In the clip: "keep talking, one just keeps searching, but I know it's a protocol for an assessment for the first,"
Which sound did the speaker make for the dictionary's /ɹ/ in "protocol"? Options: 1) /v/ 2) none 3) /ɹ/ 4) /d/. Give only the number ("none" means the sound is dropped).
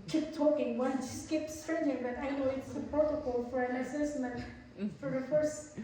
2